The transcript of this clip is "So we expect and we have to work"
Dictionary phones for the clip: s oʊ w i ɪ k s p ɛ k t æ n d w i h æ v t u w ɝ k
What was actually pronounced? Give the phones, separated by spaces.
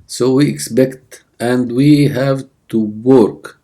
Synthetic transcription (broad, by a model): s oʊ w i ɪ k s p ɛ k t æ n d w i h æ v t u w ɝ k